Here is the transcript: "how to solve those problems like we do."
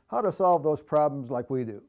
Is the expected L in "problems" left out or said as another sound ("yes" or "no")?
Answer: no